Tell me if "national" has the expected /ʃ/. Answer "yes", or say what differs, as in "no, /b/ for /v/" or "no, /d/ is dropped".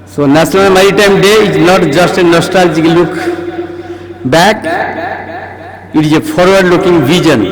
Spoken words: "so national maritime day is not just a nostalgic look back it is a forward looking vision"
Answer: no, /s/ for /ʃ/